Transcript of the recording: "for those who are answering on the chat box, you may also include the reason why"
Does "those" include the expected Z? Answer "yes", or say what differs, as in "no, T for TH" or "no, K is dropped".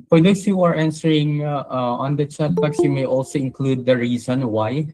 no, S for Z